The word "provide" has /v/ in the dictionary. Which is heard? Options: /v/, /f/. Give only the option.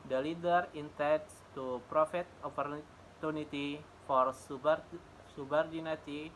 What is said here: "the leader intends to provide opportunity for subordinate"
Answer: /f/